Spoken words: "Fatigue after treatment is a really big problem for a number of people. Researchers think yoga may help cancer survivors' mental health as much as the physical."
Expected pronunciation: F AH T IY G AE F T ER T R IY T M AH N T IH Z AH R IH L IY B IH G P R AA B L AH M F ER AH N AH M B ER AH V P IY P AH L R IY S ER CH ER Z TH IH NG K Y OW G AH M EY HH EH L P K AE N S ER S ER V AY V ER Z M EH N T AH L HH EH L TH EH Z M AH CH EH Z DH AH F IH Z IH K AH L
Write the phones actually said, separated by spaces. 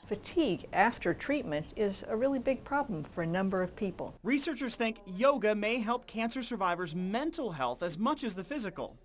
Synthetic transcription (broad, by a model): F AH T IY G AE F T ER T R IY T M AH N T IH Z AH R IH L IY B IH G P R AA B L AH M F ER AH N AH M B ER AH V P IY P L R IY S ER CH ER Z TH IH NG K Y OW G AH M EY HH EH L P K AE N S ER S ER V AY V ER Z M EH N T L HH EH L TH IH Z M AH CH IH Z DH AH F IH Z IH K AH L